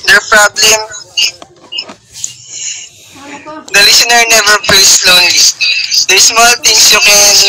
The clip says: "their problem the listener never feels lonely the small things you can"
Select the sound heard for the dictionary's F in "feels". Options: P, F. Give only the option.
P